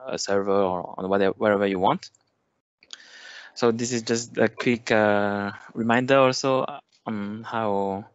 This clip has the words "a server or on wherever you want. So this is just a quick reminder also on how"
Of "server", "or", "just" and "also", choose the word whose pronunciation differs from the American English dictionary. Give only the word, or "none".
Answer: or